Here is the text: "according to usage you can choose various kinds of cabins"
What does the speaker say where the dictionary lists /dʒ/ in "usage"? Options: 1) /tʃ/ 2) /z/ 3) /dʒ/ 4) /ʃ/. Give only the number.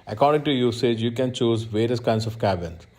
3